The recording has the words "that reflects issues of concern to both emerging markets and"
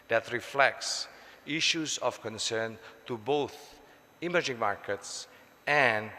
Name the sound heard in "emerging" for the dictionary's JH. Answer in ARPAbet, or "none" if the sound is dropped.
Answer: JH